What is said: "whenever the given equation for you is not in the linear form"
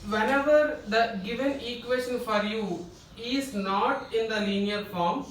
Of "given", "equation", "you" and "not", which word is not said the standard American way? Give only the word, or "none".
equation